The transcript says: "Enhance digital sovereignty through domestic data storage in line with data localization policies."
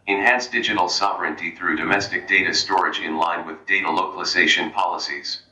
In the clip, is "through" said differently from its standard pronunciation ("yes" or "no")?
no